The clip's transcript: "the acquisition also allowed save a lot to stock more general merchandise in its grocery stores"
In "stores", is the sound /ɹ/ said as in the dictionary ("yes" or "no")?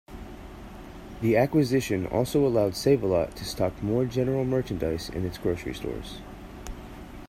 yes